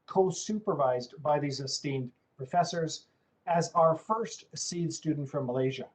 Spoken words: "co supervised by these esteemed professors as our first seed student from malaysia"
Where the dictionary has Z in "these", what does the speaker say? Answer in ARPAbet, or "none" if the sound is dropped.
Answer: Z